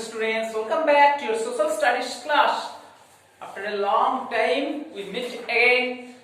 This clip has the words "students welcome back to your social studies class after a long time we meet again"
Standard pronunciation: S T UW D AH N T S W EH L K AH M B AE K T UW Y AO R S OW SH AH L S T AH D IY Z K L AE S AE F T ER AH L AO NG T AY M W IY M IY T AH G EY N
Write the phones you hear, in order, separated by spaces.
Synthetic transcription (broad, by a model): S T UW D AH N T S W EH L K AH M B AE K T UW Y AO R S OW S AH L S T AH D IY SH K L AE SH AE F T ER AH L AO NG T AY M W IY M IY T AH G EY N